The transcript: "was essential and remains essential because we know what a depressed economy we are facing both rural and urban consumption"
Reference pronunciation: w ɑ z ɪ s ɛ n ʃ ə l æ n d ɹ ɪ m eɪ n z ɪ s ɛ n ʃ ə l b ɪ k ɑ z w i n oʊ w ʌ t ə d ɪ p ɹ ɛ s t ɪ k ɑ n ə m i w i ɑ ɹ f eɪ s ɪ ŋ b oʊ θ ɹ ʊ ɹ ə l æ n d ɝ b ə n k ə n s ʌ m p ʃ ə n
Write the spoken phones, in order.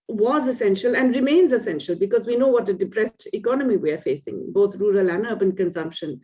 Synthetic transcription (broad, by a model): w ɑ z ɪ s ɛ n ʃ ə l æ n d ɹ ɪ m eɪ n z ɪ s ɛ n ʃ ə l b ɪ k ɑ z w i n oʊ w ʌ t ə d ɪ p ɹ ɛ s t ɪ k ɑ n ə m i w i ɑ ɹ f eɪ s ɪ ŋ b oʊ t ɹ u ɹ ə l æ n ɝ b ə n k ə n s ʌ m p ʃ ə n